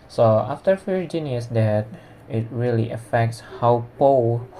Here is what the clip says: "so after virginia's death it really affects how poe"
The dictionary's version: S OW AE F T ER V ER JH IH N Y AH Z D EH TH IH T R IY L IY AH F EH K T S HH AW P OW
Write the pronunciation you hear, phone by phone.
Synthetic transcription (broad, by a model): S OW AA F T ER F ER JH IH N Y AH S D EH T IH T R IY L IY AH F EH K T S HH AW P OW